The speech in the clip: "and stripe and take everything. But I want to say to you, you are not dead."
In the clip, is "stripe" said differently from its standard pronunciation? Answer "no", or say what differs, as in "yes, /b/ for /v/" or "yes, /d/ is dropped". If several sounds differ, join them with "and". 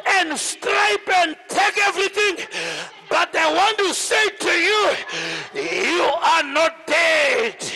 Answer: no